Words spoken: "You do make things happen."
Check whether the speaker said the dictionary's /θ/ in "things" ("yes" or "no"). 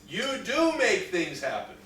yes